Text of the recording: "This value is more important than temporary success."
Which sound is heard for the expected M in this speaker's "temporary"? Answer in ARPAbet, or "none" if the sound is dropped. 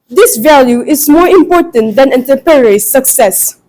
none